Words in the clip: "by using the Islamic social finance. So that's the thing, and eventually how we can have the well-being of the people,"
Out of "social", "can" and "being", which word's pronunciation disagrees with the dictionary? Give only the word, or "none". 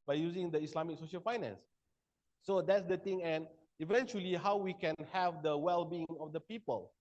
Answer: none